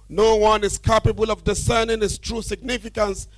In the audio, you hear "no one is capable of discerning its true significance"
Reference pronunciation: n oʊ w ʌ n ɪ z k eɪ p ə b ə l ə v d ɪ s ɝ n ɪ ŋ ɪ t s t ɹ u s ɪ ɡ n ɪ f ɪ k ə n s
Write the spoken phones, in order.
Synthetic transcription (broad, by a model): n oʊ w ʌ n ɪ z k eɪ p ə b ə l ə v d ɪ s ɝ n ɪ ŋ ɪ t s t ɹ u s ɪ ɡ n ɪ f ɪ k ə n s